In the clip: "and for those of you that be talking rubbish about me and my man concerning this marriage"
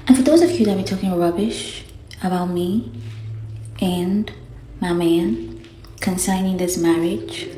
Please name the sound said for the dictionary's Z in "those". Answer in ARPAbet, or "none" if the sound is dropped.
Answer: Z